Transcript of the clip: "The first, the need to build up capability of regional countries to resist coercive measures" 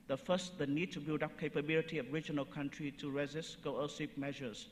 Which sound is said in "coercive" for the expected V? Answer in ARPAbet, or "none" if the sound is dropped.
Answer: P